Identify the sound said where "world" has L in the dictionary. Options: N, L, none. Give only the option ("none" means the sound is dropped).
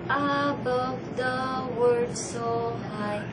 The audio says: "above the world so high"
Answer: none